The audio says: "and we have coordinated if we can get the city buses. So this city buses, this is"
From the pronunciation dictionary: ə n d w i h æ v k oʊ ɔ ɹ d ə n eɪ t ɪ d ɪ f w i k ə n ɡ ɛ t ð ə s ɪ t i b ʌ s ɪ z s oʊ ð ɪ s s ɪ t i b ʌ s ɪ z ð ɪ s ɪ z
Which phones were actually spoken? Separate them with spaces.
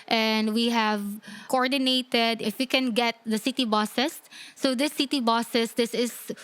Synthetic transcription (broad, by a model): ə n d w i h æ v k oʊ ɔ ɹ d ə n eɪ t ɪ d ɪ f w i k ə n ɡ ɛ t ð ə s ɪ t i b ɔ s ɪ s oʊ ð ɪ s s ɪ t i b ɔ s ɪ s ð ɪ s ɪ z